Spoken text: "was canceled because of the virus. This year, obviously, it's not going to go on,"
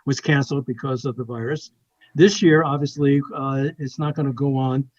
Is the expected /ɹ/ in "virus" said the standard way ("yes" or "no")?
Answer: yes